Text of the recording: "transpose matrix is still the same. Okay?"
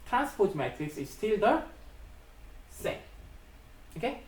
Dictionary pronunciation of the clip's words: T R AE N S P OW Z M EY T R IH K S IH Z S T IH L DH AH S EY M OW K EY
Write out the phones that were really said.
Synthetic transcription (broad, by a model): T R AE N S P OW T M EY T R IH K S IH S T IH L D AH S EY OW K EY